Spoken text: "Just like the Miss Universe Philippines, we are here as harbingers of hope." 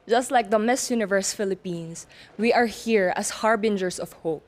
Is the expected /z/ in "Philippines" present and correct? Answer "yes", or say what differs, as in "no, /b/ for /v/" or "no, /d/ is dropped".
no, /s/ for /z/